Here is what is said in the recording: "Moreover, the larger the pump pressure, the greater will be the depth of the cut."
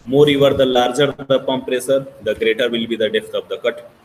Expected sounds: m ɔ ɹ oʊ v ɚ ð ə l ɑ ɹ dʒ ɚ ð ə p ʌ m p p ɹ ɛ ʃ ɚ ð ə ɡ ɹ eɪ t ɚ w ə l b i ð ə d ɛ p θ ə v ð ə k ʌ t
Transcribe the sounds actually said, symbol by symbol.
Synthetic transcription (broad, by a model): m ɔ ɹ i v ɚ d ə l ɑ ɹ dʒ ɚ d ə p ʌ m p p ɹ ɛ s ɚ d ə ɡ ɹ eɪ t ɚ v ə l b i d ə d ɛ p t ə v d ə k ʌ t